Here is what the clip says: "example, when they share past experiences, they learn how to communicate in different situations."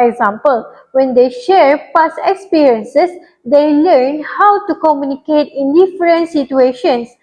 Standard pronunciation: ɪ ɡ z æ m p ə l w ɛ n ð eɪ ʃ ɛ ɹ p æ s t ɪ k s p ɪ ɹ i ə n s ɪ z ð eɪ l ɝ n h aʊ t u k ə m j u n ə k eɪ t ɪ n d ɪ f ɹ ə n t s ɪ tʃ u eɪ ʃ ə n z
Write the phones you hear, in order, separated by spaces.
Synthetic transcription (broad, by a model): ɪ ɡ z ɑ m p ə l w ɛ n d eɪ ʃ ɛ ɹ p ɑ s ɪ k s p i ɹ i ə n s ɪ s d eɪ l ɝ n h aʊ t u k ə m j u n ə k eɪ t ɪ n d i f ɹ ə n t s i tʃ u eɪ ʃ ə n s